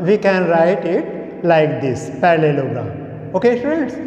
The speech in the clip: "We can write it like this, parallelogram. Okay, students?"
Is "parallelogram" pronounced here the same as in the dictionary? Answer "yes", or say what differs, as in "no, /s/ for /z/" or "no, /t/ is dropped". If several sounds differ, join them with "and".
no, /ɹ/ is dropped and /m/ is dropped